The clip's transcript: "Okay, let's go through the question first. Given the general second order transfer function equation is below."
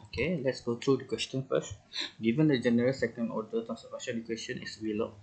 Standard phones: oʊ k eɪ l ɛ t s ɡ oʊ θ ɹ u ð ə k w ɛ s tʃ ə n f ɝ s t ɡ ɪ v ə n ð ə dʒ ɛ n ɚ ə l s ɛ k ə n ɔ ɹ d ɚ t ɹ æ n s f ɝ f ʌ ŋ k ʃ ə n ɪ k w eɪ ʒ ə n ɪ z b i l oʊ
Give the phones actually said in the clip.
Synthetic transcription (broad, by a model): oʊ k eɪ l ɛ t s ɡ oʊ t ɹ u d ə k w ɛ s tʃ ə n f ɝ s t ɡ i v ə n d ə dʒ ɛ n ɚ ə l s ɛ k ə n ɔ d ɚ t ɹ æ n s ɝ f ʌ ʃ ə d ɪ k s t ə n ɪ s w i l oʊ